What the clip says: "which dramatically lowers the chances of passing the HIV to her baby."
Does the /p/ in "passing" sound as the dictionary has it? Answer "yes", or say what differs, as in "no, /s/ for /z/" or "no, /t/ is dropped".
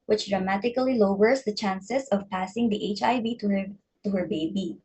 yes